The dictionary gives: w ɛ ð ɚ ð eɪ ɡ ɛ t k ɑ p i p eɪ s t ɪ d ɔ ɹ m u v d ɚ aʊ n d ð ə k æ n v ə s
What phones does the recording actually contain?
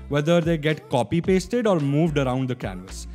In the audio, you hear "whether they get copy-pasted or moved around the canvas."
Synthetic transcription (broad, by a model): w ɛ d ɚ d eɪ ɡ ɛ t k ɑ p i p eɪ s t ɪ d ɔ ɹ m u v d ɚ aʊ n d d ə k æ n v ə s